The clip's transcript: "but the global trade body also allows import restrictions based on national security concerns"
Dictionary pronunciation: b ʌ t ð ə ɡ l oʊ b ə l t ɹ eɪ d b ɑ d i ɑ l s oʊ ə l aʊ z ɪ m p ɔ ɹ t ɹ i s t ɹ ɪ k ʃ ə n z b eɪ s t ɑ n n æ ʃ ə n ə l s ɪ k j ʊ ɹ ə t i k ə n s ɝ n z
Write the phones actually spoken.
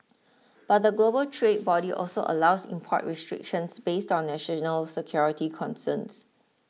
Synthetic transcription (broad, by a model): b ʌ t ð ə ɡ l oʊ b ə l t ɹ eɪ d b ɑ d i ɑ l s oʊ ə l aʊ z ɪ m p ɔ t ɹ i s t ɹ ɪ k ʃ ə n s b eɪ s t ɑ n n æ ʃ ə n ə l s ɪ k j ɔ ɹ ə t i k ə n s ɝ n s